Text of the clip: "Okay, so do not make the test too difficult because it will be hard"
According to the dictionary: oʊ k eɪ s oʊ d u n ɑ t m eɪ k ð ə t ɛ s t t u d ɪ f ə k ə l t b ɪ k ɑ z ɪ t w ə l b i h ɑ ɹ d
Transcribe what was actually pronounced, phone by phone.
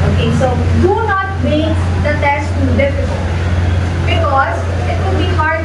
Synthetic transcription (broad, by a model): oʊ k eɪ s oʊ d u n ɑ t m eɪ k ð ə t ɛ s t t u d ɪ f ə k ə l t b ɪ k ɑ z ɪ t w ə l b i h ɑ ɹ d